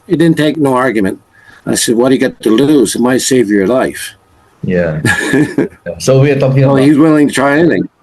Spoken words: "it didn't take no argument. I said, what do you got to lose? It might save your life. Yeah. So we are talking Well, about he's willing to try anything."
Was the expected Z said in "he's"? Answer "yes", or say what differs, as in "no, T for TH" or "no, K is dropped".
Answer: yes